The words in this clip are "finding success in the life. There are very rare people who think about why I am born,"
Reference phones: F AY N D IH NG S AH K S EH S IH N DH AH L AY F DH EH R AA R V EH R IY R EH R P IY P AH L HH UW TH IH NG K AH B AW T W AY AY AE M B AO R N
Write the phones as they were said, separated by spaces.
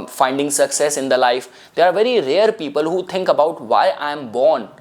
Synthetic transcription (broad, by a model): F AY N D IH NG S AH K S EH S IH N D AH L AY F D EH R AA R V EH R IY R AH R P IY P AH L HH UW T IH NG K AH B AW T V AY AY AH M B AO R N